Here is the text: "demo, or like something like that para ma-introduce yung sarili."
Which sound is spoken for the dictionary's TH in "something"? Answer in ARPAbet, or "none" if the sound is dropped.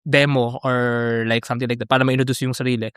T